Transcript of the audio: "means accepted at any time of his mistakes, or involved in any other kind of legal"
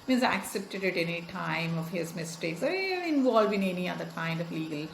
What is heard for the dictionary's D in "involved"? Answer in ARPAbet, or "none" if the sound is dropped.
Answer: none